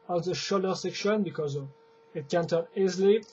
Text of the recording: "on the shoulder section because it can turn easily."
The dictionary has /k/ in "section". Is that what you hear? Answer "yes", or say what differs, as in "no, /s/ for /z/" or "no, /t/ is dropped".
yes